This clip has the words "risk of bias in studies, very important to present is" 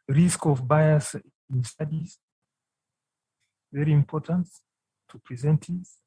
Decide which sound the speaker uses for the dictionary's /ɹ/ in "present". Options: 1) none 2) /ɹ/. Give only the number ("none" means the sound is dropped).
2